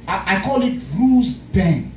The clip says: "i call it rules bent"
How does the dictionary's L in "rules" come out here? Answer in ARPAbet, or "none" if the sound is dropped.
none